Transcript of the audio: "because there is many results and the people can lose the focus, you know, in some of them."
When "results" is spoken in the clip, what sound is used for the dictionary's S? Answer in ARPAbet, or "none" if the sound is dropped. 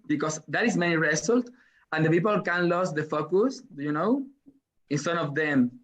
none